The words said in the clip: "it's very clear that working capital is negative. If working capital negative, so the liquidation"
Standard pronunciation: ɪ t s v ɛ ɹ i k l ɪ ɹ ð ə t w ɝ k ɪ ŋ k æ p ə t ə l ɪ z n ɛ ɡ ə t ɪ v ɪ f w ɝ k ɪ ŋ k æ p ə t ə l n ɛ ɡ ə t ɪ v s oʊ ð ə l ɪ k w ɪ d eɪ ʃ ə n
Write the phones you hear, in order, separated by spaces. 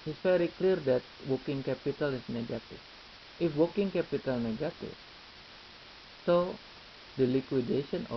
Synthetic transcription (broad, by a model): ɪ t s f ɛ ɹ i k l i ɹ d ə t w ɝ k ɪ ŋ k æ p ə t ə l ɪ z n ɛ ɡ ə t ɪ f ɪ f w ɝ k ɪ ŋ k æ p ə t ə l n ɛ ɡ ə t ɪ f s oʊ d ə l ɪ k w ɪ d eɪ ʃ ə n